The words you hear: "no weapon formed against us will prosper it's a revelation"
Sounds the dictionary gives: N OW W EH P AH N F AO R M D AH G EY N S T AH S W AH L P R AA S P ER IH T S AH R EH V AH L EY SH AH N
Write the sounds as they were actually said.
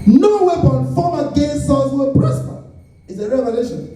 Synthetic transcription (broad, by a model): N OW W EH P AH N F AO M AH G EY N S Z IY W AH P R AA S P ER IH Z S AH R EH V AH L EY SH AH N